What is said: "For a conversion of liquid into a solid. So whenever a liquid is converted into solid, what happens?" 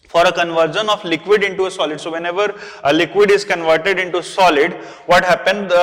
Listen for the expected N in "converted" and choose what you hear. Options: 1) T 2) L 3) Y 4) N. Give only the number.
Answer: 4